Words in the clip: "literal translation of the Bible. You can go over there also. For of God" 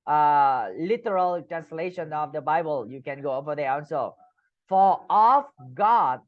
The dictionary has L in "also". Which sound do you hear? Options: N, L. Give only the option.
N